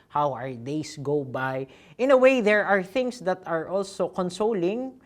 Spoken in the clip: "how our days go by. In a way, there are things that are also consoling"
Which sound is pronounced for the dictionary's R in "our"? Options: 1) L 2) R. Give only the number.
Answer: 2